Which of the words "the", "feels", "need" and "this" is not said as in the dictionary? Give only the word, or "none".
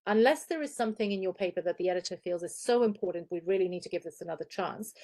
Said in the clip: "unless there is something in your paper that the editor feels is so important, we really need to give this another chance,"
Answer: none